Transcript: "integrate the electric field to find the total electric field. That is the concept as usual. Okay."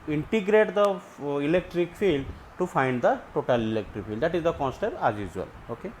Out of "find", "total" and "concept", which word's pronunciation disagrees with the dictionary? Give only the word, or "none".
concept